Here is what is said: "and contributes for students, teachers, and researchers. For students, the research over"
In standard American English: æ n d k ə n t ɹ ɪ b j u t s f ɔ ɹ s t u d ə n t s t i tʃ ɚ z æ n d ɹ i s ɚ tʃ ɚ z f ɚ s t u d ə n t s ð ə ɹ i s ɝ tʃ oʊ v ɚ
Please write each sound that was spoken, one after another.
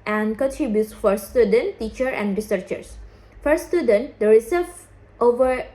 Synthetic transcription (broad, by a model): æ n d k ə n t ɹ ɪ b j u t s f ɔ ɹ s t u d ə n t t i tʃ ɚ æ n d ɹ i s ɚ tʃ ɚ s f ɚ s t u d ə n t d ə ɹ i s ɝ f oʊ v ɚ